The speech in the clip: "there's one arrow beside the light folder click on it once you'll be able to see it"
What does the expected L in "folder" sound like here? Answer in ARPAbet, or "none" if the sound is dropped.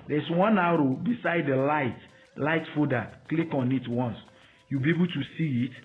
none